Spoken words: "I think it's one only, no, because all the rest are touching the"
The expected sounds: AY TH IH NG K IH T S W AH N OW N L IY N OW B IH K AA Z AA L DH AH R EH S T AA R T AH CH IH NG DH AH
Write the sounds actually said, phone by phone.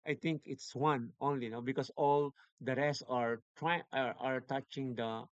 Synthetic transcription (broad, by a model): AY T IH NG K IH T S W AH N OW N L IY N OW B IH K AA S AA L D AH R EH S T AA R T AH CH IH NG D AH